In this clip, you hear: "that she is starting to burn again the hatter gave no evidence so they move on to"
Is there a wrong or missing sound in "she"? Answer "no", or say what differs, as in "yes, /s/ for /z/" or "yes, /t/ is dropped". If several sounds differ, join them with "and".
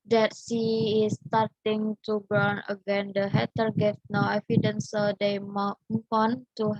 yes, /s/ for /ʃ/